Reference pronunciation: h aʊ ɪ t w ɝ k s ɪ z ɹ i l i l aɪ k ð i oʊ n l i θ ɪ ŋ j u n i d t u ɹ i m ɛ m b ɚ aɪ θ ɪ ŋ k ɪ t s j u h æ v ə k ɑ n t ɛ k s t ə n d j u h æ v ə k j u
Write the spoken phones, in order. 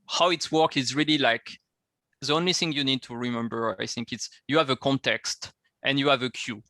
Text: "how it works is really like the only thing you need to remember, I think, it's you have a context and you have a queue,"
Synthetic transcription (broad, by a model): h aʊ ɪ t w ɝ k ɪ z ɹ i l i l aɪ k ð i oʊ n l i θ ɪ ŋ j u n i d t u ɹ i m ɛ m b ɚ aɪ θ ɪ ŋ k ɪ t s j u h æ v ə k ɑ n t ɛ k s t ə n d j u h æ v ə k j u